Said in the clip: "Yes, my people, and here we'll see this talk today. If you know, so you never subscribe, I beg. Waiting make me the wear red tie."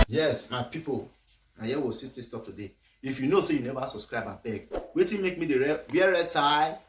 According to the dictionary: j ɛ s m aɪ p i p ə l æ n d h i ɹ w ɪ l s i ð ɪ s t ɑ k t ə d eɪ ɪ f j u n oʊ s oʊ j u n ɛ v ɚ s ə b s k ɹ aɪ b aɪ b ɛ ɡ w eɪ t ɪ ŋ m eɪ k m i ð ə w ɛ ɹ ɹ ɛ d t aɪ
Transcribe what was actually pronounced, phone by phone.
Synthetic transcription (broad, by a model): j ɛ s m aɪ p i p ə l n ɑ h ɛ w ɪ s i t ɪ s t ɑ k t ə d eɪ ɪ f j u n oʊ s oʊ j u n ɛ v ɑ s ə b s k ɹ aɪ b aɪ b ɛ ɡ w eɪ t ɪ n m eɪ k m i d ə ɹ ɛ w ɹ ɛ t aɪ